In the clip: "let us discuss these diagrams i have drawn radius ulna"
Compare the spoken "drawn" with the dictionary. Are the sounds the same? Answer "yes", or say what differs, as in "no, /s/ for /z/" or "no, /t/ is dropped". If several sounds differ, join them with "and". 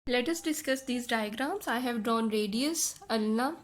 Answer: yes